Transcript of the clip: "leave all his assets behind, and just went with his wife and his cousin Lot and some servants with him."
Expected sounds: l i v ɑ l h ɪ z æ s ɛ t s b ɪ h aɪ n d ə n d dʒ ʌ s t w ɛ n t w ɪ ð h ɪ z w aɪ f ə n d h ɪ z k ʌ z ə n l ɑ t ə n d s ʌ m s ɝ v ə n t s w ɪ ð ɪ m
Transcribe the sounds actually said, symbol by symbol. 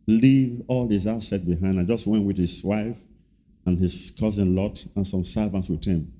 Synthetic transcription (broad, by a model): l i v ɑ l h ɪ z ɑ s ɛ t b ɪ h aɪ n d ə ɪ dʒ ʌ s t w ɛ n t w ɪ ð h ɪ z w aɪ f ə n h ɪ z k ʌ z ə n l ɑ t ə n s ʌ m s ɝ v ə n t s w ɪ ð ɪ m